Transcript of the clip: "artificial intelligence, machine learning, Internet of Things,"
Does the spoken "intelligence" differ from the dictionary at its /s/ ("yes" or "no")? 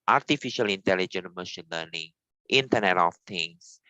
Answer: yes